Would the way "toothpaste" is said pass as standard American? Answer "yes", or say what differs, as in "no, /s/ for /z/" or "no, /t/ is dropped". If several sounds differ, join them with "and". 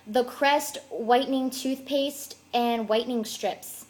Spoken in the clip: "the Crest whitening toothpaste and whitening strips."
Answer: yes